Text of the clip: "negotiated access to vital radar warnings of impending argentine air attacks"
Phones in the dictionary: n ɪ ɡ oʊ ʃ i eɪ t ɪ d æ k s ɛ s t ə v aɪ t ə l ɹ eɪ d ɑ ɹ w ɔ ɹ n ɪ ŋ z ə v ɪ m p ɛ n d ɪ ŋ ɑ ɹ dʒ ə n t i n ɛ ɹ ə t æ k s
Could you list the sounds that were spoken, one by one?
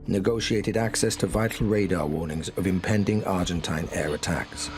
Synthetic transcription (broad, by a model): n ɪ ɡ oʊ ʃ i eɪ t ɪ d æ k s ɛ s t ə v aɪ t l ɹ eɪ d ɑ w ɔ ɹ n ɪ ŋ z ə v ɪ m p ɛ n d ɪ ŋ ɑ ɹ dʒ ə n t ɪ n ɛ ɹ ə t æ k s